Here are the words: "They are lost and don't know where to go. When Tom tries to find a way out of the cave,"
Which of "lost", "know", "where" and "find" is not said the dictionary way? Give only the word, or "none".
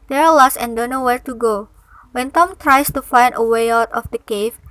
lost